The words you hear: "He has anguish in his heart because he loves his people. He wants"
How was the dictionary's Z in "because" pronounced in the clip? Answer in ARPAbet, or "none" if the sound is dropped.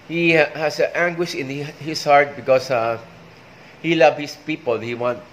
S